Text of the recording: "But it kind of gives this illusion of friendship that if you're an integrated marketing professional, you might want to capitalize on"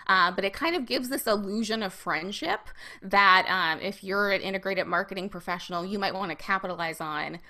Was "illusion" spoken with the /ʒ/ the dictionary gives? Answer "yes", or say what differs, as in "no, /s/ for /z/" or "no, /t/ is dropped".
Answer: yes